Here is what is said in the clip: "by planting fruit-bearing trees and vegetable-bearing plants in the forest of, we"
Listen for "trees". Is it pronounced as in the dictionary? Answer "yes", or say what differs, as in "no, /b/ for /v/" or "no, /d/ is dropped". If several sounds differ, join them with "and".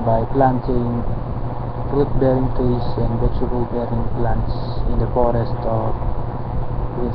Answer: no, /ɹ/ is dropped and /s/ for /z/